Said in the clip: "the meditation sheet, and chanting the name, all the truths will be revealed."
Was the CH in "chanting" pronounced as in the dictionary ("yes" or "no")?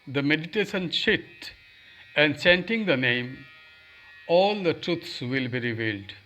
no